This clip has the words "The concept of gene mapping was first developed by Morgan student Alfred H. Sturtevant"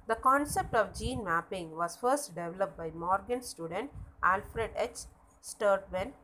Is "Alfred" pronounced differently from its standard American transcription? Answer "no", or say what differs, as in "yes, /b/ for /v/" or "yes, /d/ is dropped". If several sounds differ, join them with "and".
no